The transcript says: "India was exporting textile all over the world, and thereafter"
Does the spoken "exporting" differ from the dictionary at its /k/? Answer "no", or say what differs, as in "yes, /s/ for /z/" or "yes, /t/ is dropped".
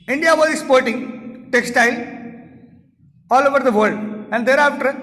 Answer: yes, /k/ is dropped